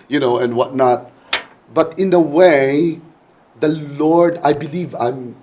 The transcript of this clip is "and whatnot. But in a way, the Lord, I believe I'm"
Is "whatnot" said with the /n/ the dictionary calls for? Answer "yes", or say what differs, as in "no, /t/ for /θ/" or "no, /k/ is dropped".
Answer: yes